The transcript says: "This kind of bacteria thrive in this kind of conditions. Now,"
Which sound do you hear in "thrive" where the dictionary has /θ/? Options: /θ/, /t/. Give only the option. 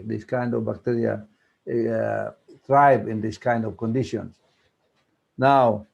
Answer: /t/